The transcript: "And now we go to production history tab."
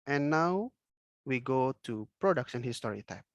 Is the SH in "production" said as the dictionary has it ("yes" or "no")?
no